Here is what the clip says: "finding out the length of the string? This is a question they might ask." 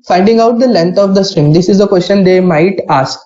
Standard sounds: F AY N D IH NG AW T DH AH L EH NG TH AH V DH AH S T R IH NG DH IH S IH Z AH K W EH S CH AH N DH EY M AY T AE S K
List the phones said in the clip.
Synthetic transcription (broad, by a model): F AY N D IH NG AW T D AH L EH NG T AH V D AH S T R IH NG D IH S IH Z AH K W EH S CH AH N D EY M AY T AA S K